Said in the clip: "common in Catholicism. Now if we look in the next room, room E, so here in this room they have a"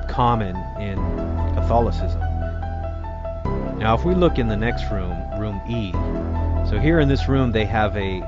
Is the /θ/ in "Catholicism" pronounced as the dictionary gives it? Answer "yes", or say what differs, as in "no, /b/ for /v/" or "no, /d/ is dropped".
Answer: yes